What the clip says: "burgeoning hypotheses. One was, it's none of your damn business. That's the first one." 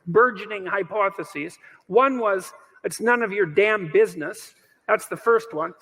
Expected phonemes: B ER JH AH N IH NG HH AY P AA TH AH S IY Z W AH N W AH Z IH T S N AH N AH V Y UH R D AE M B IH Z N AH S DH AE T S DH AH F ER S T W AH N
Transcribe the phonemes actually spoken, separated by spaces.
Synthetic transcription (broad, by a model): B ER JH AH N IH NG HH AY P AA TH AH S IY Z W AH N W AH Z IH T S N AH N AH V Y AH R D AE M B IH Z N AH S DH AE T S DH AH F ER S T W AH N